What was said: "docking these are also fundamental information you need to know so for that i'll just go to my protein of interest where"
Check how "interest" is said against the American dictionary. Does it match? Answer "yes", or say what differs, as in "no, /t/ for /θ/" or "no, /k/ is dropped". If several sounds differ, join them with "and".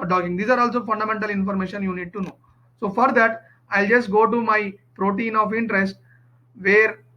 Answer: yes